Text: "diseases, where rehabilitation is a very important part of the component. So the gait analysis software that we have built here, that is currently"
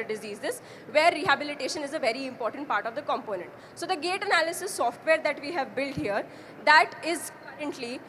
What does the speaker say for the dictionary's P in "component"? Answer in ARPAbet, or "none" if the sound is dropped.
P